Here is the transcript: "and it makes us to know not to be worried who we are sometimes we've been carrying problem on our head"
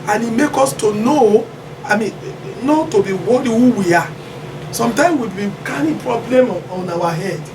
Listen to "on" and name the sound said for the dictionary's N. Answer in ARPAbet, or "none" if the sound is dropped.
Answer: N